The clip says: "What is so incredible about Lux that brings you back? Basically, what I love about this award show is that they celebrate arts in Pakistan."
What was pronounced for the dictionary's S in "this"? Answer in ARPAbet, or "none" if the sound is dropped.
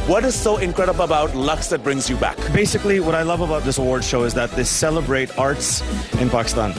S